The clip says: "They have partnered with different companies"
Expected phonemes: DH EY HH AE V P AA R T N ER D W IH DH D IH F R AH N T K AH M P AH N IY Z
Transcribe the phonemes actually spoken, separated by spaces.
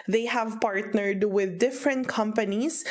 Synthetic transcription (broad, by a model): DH EY HH AE V P AA R T N ER D W IH DH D IH F R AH N T K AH M P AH N IY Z